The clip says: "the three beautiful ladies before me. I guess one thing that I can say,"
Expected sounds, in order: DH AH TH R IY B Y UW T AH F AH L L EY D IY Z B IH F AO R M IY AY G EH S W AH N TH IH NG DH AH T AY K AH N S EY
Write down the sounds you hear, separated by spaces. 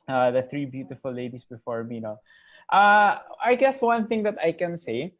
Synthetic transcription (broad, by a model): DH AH TH R IY B Y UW T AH F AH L L EY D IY S B IH F AO R M IY AY G EH S W AH N TH IH NG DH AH T AY K AH N S EY